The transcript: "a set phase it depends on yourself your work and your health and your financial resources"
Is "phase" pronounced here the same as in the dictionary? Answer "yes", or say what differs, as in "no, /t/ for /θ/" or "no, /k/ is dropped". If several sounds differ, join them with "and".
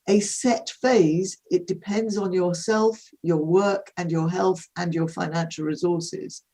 yes